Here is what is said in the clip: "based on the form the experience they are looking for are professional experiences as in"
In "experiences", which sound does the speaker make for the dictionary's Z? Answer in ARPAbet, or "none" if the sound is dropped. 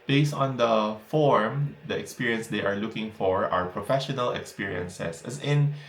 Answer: S